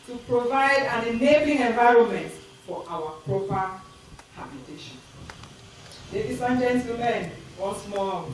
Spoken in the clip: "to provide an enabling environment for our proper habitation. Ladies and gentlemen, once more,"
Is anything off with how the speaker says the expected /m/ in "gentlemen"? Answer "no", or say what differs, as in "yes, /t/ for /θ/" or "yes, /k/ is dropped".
yes, /m/ is dropped